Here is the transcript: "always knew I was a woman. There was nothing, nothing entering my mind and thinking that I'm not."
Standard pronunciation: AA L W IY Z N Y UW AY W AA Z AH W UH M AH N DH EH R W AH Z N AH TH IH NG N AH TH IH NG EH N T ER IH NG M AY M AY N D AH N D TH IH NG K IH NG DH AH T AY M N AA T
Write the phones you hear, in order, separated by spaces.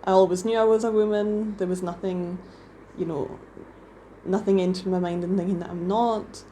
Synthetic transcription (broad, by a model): AA L W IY Z N Y UW AY W AA Z AH W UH M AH N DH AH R W AH Z N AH TH IH NG N AH TH IH NG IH N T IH M AY M AY N D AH N TH IH NG K IH NG DH AH T AY M N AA T